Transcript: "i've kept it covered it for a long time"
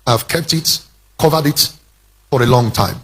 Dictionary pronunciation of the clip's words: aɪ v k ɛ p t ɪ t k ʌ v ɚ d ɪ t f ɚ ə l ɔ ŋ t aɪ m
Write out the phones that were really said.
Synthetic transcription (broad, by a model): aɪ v k ɛ p t ɪ t k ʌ v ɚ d ɪ t f ɚ ə l ɔ ŋ t aɪ m